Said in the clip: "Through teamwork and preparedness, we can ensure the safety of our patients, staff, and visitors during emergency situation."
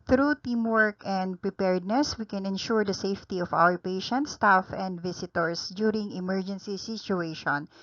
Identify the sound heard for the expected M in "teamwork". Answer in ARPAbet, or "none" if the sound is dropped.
M